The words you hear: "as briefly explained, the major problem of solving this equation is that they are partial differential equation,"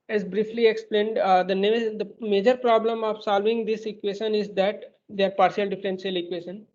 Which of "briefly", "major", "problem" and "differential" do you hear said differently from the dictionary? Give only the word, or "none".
differential